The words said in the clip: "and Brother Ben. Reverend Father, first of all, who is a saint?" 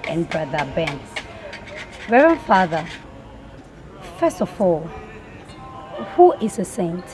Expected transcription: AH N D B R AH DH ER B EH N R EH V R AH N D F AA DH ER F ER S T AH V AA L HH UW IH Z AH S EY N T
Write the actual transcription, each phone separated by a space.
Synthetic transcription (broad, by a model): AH N B R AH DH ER B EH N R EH R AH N F AA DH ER F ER S T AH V AA L HH UW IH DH AH S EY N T